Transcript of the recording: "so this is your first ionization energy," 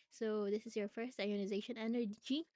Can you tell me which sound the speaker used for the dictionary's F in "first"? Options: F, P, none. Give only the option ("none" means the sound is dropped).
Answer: F